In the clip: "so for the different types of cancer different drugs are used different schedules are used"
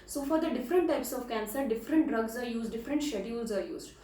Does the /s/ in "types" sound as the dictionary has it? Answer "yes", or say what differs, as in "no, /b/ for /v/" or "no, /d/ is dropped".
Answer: yes